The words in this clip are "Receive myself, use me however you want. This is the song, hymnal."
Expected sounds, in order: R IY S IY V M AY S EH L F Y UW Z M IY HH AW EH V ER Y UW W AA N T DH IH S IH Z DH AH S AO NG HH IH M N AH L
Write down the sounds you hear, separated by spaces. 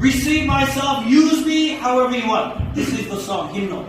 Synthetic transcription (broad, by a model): R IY S IY V M AY S EH L F Y UW Z M IY HH AW EH V ER Y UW W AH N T DH IH S IH Z DH AH S AO NG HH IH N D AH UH